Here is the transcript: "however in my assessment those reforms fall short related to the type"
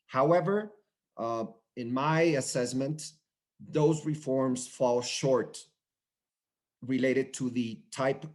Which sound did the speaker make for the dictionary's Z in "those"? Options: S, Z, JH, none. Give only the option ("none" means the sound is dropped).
Z